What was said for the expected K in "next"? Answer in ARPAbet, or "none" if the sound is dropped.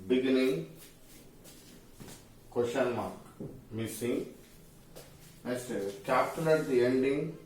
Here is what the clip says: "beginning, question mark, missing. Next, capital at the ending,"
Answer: none